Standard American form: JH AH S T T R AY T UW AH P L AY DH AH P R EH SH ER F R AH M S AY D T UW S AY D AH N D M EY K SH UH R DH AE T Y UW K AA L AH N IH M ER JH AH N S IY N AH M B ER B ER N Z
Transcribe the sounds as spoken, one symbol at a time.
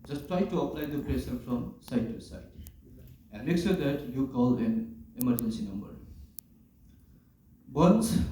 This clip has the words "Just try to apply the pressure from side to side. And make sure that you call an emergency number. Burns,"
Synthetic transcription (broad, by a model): JH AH S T T R AY T UW AH P L AY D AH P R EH S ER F R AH M S AY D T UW S AY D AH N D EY K S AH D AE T Y UW K AA L AH N IH M ER JH AH N S IY N AH M B ER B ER N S